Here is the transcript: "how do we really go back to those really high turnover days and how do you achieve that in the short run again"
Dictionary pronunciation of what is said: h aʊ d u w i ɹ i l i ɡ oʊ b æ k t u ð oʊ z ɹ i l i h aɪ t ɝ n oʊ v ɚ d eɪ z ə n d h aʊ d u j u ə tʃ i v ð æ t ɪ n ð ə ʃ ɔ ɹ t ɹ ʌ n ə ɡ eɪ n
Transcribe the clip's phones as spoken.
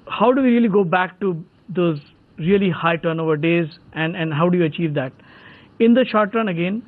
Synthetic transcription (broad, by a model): h aʊ d u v i ɹ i l i ɡ oʊ b æ k t u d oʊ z ɹ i l i h aɪ t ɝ n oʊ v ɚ d eɪ z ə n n h aʊ d u j u ə tʃ i v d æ t ɪ n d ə ʃ ɔ ɹ t ɹ ʌ n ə ɡ eɪ n